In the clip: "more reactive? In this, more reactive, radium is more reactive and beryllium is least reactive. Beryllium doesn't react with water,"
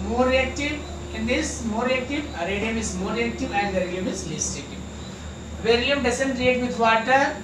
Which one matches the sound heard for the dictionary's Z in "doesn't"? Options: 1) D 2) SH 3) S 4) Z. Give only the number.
3